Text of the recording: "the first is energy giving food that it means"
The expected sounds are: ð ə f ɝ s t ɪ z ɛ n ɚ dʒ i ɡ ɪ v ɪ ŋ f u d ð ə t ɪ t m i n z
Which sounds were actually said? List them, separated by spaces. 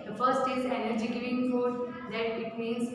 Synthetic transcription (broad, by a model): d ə f ɝ s t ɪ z ɛ n ɚ dʒ i ɡ ɪ v ɪ ŋ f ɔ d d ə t ɪ t m i n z